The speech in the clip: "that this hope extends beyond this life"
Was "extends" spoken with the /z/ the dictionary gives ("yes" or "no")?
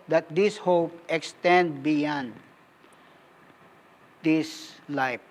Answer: no